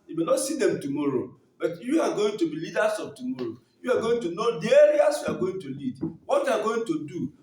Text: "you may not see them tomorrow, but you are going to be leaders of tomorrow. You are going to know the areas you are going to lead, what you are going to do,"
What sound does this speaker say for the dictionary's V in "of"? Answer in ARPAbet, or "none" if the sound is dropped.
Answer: B